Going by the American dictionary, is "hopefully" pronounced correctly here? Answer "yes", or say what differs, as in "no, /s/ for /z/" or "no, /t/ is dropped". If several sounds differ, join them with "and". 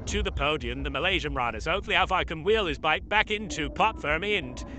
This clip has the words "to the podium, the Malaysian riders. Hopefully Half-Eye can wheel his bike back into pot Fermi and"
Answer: no, /l/ is dropped